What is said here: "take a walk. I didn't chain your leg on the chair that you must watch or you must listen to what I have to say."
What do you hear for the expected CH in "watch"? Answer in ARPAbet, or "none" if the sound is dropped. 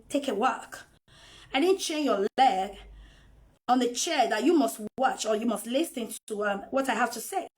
CH